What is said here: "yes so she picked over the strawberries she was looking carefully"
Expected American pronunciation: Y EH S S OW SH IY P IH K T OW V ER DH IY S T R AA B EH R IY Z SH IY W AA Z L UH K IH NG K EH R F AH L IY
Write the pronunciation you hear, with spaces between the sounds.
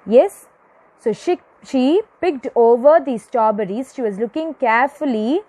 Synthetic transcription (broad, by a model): Y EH S SH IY SH IY P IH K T OW V ER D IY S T AA B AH R IY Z SH IY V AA Z L UH K IH NG K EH R F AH L IY